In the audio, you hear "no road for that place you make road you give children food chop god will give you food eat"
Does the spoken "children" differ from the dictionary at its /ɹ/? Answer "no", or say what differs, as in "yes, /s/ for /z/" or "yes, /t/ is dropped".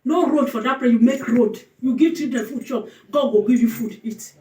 yes, /ɹ/ is dropped